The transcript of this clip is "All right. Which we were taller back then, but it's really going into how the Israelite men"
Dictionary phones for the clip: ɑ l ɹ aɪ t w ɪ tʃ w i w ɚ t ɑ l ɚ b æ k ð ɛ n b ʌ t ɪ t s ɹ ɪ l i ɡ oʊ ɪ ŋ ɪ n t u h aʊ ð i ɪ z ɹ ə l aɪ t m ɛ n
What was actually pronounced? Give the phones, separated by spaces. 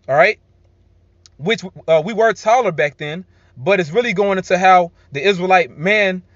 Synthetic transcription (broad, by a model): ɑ ɹ aɪ t w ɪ tʃ w i w ɚ t ɑ l ɚ b æ k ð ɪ n b ʌ t ɪ t s ɹ ɪ l i ɡ oʊ ɪ ŋ ɪ n t u h aʊ ð i ɪ z ɹ ə l aɪ t m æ n